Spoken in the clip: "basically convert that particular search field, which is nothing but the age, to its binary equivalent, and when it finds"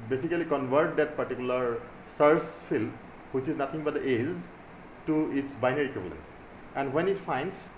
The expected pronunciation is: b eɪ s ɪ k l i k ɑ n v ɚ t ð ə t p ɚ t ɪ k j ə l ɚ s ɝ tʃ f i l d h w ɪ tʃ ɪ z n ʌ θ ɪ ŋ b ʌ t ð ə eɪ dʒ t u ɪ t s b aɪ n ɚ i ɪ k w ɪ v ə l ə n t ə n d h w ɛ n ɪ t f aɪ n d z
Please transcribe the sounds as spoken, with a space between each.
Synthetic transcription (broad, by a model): b eɪ s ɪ k l i k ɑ n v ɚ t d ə t p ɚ t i k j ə l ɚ s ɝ s f i l d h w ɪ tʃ ɪ z n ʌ t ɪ ŋ b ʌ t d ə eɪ z t u ɪ t s b aɪ n ɚ i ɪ k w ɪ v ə l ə n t ə n d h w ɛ n ɪ t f aɪ n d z